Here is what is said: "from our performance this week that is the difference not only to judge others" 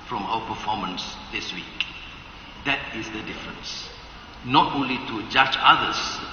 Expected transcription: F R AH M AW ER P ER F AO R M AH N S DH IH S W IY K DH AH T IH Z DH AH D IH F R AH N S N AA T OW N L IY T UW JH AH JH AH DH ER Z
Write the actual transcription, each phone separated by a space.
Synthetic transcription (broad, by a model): F R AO M AW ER P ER F AO M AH N S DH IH S W IY K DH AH T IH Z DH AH D IH F R AH N S N AA T OW N L IY T UW JH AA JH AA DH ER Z